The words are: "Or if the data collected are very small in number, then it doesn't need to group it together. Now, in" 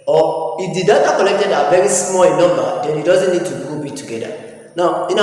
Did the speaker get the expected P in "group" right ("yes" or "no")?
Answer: no